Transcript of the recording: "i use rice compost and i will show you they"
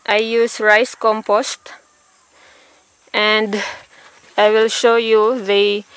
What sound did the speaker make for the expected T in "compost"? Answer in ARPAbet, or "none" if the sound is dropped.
T